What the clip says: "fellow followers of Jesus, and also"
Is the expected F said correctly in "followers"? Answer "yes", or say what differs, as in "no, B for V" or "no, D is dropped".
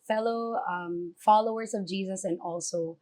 yes